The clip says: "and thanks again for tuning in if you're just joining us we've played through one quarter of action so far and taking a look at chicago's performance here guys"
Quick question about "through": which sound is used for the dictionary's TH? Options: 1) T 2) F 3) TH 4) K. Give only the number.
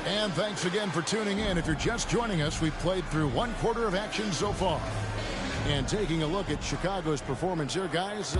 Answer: 3